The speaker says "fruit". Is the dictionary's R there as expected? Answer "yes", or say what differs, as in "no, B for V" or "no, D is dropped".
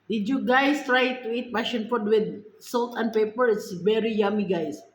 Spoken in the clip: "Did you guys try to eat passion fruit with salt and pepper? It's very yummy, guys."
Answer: no, R is dropped